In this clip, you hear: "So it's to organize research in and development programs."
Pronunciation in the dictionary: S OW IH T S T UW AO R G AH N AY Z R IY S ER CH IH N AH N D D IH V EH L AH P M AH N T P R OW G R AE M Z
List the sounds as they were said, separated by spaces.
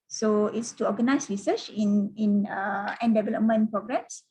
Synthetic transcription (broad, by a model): S OW IH T S T UW AO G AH N AY S R IY S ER CH IH N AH N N D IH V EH L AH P M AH N P R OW G R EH M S